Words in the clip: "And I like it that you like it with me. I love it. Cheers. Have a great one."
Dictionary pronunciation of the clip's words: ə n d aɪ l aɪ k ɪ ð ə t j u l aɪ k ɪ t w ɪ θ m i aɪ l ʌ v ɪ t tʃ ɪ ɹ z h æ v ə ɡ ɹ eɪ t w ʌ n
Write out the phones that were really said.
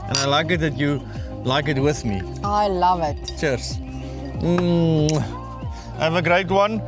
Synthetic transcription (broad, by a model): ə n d aɪ l aɪ k ɪ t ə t j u l aɪ k ɪ t w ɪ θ m i aɪ l ʌ v ɪ t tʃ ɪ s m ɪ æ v ə ɡ ɹ eɪ t w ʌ n